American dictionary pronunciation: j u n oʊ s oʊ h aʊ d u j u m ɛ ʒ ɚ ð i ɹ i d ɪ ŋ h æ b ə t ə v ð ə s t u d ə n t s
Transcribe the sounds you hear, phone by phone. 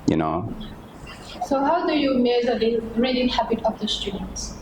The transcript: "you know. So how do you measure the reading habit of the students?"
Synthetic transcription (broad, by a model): j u n oʊ s oʊ h aʊ d u j u m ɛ z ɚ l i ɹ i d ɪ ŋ h æ b ə t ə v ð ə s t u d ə n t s